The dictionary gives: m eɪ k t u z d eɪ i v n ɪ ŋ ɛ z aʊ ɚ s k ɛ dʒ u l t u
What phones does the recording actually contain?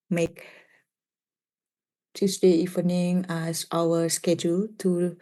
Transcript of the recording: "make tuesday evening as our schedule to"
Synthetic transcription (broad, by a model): m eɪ k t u s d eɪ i f n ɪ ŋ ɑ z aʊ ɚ s k ɛ dʒ u l t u